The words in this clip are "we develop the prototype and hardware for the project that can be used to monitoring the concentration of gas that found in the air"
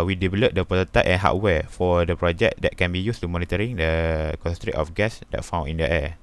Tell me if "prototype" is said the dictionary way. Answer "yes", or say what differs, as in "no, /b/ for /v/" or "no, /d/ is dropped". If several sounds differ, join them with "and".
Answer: no, /ɹ/ is dropped